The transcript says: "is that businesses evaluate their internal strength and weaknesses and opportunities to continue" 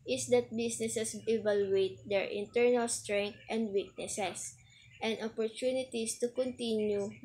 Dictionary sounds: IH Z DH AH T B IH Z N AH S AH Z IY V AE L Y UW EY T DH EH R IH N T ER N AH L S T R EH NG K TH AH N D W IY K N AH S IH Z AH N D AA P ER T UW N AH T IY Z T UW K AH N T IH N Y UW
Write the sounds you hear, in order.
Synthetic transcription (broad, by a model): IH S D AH T B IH S N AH S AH S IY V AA L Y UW EY T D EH R IH N T ER N AH L S T R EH NG K T AH N D W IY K N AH S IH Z AH N D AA P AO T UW N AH T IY S T UW K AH N T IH N Y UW